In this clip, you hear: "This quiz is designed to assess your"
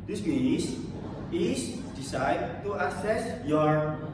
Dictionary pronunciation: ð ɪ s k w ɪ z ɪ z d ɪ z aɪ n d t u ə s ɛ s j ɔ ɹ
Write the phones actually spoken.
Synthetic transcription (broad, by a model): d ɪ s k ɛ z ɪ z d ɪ s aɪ d t u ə s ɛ s j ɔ ɹ